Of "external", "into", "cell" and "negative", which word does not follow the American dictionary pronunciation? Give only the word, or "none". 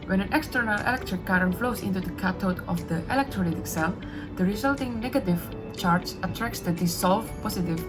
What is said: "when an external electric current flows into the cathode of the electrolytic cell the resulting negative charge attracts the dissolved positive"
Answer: none